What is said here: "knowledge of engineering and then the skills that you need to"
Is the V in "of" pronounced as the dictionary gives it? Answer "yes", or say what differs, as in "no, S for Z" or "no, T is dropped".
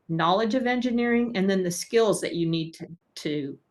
yes